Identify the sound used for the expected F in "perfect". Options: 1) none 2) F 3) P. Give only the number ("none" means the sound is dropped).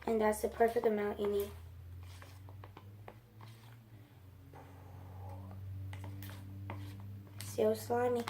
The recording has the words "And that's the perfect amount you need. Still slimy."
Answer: 2